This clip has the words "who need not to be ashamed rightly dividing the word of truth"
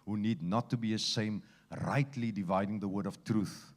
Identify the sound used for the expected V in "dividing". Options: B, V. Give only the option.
V